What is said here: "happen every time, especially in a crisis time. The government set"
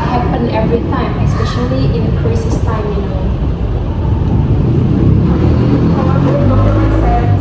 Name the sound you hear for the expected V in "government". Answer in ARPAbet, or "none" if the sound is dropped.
none